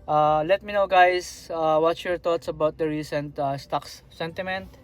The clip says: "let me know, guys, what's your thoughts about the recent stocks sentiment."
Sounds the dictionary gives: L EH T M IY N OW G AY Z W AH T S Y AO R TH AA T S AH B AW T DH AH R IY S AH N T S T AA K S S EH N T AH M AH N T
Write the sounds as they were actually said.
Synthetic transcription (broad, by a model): L EH T M IY N OW G AY S W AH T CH Y AO R T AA T S AH B AW T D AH R IY S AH N T S T AA K S S EH N T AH M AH N T